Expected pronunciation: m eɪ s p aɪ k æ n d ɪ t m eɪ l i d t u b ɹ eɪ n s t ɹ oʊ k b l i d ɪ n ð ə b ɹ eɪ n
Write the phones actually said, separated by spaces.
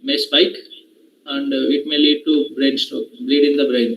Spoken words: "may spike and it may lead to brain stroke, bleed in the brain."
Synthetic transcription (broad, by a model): m eɪ s p aɪ k æ n d ɪ t m eɪ l i d t u b ɹ eɪ n s t oʊ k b l i d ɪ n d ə b ɹ eɪ n